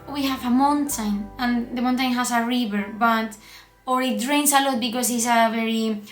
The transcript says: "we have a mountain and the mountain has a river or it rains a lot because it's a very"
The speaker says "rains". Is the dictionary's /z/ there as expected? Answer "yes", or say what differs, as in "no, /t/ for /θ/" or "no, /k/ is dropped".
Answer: no, /s/ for /z/